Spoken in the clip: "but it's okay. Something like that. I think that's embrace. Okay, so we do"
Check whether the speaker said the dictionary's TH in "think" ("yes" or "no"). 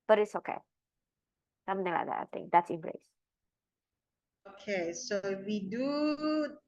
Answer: no